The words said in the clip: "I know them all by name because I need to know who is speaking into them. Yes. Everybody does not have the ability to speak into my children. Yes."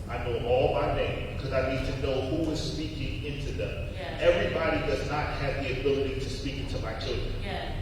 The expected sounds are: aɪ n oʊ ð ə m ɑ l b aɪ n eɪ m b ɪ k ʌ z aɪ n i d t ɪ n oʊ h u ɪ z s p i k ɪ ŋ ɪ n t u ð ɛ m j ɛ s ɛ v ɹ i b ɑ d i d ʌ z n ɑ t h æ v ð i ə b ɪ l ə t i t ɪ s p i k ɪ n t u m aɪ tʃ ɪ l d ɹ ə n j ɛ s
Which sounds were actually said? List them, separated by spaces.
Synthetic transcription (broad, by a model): aɪ n oʊ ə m ɑ l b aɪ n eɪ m b ɪ k ʌ z aɪ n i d t ɪ n oʊ h u ɪ z s p i k ɪ ŋ ɪ n t u ð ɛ m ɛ ɛ v ɹ i b ɑ d i d ʌ z n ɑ t h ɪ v ð i ə b ɪ l ə t i t ɪ s p i k ɪ n t u m aɪ tʃ ɪ l d ɹ ə n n